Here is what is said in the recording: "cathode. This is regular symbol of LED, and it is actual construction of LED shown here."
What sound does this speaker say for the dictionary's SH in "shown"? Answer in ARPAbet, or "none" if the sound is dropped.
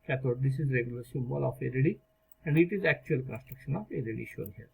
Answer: SH